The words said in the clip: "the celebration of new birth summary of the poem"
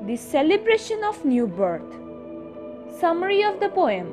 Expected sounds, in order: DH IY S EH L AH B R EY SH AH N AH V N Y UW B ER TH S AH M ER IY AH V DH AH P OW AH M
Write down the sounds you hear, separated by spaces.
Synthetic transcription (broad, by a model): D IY S EH L AH B R EY SH AH N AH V N Y UW B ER T S AH M ER IY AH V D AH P OW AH M